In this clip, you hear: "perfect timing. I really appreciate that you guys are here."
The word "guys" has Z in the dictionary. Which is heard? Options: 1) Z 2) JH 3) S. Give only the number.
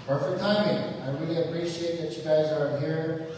1